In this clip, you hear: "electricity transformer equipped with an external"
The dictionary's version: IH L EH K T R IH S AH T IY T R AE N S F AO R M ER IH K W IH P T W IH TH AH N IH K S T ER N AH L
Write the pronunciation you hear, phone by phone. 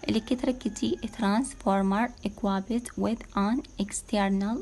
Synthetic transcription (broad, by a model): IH L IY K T R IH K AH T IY T R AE N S F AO R M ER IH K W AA B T W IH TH AH N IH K S T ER N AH L